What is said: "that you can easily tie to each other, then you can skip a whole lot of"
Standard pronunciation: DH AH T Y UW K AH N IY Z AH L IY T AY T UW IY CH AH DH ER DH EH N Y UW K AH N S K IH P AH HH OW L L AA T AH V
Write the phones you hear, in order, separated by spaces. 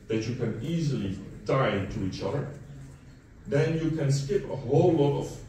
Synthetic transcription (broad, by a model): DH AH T Y UW K AH N IY Z AH L IY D AY T UW IY CH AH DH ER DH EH N Y UW K AH N S K IH P AH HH OW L L AA T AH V